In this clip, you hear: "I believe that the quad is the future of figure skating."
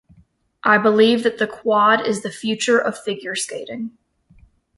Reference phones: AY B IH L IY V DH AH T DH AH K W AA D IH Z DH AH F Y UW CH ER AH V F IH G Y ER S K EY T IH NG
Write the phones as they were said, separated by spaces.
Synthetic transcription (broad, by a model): AY B IH L IY V DH AH T DH AH K W AA D IH Z DH AH F Y UW CH ER AH V F IH G Y ER S K EY T IH NG